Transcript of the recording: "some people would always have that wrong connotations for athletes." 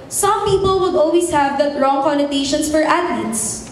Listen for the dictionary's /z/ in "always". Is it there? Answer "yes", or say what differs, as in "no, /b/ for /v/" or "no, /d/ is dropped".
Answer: no, /s/ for /z/